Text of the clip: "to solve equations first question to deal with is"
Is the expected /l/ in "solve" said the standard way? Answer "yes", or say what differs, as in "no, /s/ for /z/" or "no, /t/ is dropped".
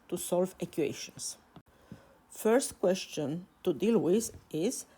yes